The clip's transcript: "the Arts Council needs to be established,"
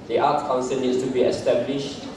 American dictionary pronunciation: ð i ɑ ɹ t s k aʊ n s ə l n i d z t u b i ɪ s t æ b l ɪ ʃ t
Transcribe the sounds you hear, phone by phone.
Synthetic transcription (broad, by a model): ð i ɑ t k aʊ n s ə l n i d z t u b i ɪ s t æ b l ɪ ʃ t